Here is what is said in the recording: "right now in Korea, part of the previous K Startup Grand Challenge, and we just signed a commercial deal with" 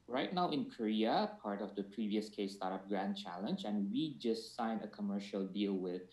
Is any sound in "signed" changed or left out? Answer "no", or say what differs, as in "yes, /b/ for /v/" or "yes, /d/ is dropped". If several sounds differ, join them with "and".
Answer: yes, /d/ is dropped